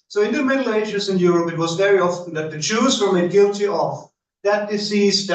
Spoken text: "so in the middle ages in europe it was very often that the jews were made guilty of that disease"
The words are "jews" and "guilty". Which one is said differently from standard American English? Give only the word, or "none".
jews